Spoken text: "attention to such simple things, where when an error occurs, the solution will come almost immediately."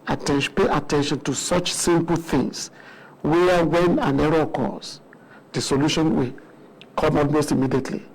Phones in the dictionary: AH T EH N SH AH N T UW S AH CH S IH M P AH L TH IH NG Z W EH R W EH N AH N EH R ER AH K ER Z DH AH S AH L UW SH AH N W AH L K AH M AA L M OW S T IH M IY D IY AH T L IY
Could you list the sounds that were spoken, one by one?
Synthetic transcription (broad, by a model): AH T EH N SH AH N T UW S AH CH S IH M P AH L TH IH NG S W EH W EH N AH N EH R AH K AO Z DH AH S AH L UW SH AH N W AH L K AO M AA L M OW S T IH M IY D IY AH T L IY